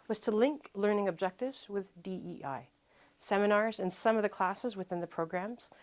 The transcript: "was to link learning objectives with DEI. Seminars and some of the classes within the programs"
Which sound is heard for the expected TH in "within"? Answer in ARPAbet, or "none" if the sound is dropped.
TH